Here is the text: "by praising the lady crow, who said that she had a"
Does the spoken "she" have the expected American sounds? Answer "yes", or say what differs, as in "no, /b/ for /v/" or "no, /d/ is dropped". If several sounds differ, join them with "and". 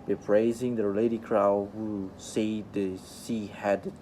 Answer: no, /s/ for /ʃ/